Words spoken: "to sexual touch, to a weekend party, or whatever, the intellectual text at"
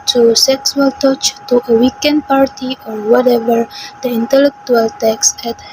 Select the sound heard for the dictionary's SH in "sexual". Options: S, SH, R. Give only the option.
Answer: S